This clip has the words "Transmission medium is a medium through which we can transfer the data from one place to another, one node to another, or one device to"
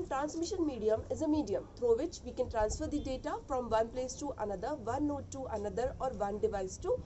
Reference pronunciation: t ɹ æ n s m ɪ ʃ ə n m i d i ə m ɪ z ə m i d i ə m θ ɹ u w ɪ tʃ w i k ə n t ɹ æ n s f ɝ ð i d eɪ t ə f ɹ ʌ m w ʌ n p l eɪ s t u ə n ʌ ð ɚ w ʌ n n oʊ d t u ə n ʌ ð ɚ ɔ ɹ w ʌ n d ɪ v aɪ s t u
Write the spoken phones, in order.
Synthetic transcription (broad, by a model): t ɹ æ n s m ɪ ʃ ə n m i d i ə m ɪ z ə m i d i ə m t ɹ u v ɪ tʃ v i k ə n t ɹ æ n s f ɝ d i d eɪ t ə f ɹ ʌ m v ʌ n p l eɪ s t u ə n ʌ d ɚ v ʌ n n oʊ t t u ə n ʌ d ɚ ɔ ɹ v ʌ n d ɪ v aɪ s t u